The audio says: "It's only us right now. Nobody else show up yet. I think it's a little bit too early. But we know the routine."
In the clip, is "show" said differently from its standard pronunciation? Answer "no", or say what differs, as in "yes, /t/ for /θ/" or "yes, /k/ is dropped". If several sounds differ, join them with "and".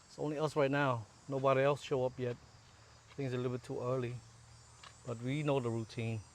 no